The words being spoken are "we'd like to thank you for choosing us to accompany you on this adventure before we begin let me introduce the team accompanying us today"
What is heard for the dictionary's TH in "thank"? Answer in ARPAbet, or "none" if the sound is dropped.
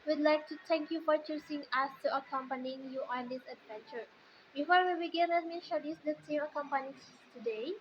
T